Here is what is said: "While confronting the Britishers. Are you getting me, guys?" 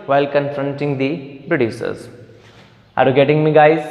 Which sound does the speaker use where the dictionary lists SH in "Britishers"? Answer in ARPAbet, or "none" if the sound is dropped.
S